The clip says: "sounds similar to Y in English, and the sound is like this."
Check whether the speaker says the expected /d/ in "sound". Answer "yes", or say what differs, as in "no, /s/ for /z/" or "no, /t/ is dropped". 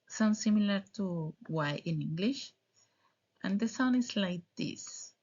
no, /d/ is dropped